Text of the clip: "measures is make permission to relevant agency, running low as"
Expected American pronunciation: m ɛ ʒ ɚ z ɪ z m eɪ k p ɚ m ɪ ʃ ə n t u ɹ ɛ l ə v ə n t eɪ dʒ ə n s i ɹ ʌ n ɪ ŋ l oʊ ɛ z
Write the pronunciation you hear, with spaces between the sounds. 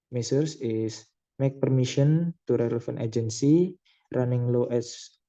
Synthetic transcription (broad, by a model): m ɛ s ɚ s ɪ s m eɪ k p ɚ m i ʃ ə n t u ɹ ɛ l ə f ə n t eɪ dʒ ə n s i ɹ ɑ n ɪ ŋ l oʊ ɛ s